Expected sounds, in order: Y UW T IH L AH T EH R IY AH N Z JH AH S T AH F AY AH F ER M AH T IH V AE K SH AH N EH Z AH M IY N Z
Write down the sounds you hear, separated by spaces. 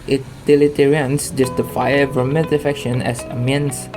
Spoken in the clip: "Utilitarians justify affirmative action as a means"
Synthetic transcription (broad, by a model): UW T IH L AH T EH R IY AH N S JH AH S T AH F AY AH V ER M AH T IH F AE K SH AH N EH S AH M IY N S